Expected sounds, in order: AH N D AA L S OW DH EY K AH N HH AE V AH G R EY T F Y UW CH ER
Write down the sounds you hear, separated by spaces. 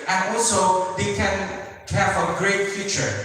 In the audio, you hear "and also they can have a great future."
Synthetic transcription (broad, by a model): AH N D AA L S OW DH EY K AH N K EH F AH G R EY T F Y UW CH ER